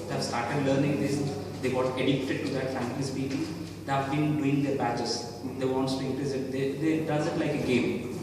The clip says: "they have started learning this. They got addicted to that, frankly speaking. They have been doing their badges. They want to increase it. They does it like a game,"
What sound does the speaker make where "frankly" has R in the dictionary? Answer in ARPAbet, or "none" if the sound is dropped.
none